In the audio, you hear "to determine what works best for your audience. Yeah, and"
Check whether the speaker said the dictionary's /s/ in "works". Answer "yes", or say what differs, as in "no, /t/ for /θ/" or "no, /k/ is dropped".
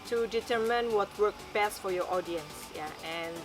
no, /s/ is dropped